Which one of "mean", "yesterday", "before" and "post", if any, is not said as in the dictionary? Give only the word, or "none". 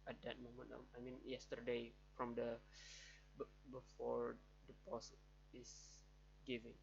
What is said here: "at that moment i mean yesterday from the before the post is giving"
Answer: post